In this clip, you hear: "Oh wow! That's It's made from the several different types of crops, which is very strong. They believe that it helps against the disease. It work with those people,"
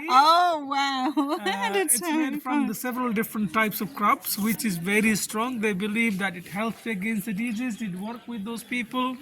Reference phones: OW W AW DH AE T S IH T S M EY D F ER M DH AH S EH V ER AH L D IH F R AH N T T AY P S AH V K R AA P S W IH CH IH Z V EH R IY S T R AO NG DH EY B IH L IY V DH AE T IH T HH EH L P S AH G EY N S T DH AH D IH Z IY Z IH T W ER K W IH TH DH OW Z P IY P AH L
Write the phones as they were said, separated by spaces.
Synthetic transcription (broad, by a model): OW W AW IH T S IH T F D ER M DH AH S EH V ER AH L D IH F R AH N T T AY P S AH V K R AA P S W IH CH IH Z V EH R IY S T R AO NG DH EY B IH L IY V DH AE T IH T HH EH L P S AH G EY N S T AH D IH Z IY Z IH T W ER K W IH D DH OW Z P IY P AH L